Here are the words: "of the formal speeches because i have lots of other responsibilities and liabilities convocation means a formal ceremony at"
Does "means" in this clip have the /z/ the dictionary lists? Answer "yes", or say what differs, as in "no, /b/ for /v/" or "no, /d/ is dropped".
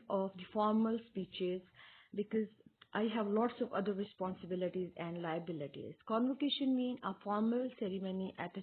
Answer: no, /z/ is dropped